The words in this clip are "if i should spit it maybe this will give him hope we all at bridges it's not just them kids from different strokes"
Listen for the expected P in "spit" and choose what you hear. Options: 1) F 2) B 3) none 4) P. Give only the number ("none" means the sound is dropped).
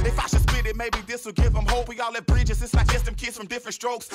2